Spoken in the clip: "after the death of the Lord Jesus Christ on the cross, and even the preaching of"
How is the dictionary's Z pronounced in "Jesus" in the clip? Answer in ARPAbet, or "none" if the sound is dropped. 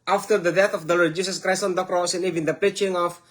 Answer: S